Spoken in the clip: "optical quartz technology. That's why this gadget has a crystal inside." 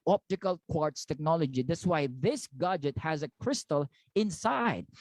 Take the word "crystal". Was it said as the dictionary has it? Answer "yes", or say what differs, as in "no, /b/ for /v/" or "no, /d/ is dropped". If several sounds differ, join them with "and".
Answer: yes